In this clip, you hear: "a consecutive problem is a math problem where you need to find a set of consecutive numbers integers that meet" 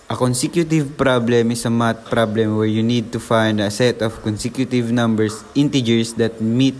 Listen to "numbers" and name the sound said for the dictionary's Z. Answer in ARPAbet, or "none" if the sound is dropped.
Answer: S